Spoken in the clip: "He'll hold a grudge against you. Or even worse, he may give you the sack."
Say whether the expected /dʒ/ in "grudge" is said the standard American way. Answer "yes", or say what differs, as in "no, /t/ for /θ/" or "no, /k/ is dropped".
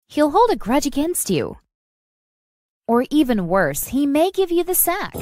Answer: yes